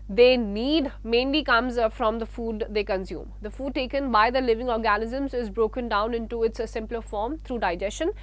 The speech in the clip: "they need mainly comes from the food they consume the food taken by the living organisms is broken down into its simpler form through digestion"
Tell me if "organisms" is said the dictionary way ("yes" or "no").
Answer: yes